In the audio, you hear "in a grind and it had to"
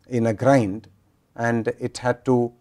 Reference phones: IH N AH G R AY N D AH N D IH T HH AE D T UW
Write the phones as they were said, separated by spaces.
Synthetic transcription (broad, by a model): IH N AH G R AY N D AH N D IH T HH AE D T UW